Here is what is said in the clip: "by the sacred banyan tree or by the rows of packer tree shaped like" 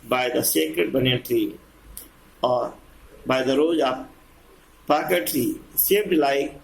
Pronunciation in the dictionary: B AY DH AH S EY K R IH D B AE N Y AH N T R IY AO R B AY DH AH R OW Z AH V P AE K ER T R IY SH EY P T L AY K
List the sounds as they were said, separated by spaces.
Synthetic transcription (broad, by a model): B AY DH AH S EY K R IH D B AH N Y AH T R IY AO R B AY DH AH R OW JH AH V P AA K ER T R IY S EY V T L AY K